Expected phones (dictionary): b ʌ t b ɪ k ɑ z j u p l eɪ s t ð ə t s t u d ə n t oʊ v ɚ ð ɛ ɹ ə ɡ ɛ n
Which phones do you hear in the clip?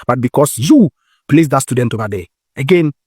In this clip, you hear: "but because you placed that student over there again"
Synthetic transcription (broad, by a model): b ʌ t b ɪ k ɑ s j u p l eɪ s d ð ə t s t u d ə n t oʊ b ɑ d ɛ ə ɡ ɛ n